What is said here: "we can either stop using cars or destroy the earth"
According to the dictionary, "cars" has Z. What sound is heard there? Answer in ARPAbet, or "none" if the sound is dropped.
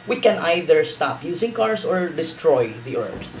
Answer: S